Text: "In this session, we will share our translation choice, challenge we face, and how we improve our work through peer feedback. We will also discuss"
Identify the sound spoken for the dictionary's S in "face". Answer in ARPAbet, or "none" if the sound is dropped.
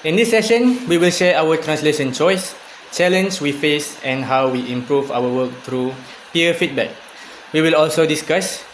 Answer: S